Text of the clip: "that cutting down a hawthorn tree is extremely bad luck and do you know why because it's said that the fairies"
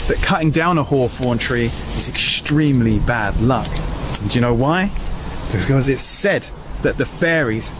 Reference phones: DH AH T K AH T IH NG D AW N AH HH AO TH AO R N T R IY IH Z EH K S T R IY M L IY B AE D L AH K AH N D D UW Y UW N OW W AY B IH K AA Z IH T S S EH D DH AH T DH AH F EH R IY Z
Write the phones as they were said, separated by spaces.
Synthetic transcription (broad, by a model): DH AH T K AH T IH NG D AW N AH HH AO F AO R N T R IY IH Z EH K S T R IY M L IY B AE D L AH K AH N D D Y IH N OW W AY B IH K AA Z IH T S S EH D DH AH T DH AH F EH R IY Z